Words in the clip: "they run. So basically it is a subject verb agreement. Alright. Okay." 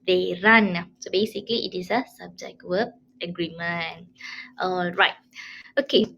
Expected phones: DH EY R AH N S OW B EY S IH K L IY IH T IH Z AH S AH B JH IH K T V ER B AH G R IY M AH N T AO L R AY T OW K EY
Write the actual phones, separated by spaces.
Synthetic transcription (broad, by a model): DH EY R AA N S OW B EY S IH K L IY IH T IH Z AH S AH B JH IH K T W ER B AH G R IY M AH N T AO L R AY T OW K EY